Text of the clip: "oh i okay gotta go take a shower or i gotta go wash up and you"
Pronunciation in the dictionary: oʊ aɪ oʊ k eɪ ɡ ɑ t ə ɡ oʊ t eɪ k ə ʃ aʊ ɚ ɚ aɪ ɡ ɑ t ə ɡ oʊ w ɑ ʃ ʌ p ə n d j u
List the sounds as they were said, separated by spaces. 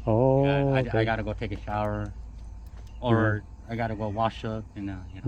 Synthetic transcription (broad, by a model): oʊ aɪ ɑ ɪ ɡ ɑ t ə ɡ oʊ t eɪ k ə ʃ aʊ ɚ ɚ aɪ ɡ ɑ t ə ɡ oʊ w ɑ ʃ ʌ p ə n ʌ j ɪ